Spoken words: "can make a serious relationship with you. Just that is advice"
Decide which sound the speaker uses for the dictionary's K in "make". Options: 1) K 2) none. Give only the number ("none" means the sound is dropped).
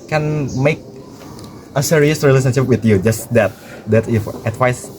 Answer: 1